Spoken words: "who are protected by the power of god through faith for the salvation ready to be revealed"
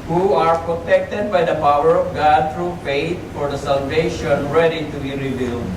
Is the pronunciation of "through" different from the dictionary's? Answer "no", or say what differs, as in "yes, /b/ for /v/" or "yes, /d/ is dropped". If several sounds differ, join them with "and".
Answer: yes, /t/ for /θ/